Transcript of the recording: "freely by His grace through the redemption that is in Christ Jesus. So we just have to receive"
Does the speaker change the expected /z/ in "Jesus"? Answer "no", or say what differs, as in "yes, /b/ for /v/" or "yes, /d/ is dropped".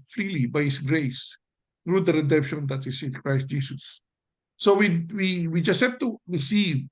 yes, /s/ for /z/